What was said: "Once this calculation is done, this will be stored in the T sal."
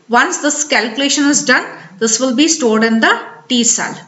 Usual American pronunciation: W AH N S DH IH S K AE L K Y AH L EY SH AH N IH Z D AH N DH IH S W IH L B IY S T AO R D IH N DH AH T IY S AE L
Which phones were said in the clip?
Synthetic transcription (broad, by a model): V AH N S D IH S K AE L K Y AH L EY SH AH N IH Z D AH N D IH S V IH L B IY S T AO R D IH N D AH T IY S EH L